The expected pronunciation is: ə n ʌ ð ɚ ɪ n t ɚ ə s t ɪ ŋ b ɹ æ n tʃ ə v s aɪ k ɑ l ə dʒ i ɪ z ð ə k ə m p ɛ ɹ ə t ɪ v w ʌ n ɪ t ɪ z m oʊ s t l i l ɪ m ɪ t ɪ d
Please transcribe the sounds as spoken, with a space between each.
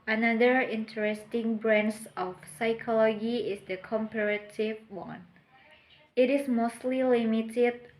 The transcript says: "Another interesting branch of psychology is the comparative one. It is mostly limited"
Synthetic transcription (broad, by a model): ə n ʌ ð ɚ ɪ n t ɚ ə s t ɪ ŋ b ɹ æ n s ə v s aɪ k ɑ l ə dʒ i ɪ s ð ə k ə m p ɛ ɹ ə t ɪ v w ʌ n ɪ t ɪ s m oʊ s t l i l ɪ m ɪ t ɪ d